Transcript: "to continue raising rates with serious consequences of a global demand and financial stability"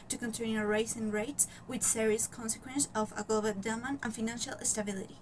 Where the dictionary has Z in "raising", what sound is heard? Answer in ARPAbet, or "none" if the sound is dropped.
S